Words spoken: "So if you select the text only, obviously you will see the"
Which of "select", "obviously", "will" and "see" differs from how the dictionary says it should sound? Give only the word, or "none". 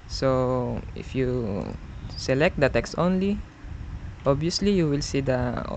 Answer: obviously